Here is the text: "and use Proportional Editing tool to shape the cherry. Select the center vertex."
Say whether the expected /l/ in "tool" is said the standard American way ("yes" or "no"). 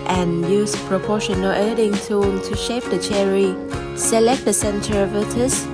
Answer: no